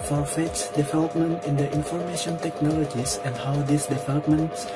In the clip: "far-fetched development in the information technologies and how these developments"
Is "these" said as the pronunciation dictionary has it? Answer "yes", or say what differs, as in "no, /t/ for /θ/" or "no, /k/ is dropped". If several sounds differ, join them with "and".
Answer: no, /s/ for /z/